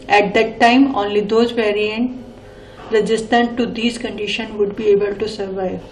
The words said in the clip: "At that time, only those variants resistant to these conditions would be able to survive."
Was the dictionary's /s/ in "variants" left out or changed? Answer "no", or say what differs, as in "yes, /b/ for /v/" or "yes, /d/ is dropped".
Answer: yes, /s/ is dropped